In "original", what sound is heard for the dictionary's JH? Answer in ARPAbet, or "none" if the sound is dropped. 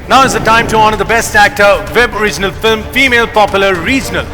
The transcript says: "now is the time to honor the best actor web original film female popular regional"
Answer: JH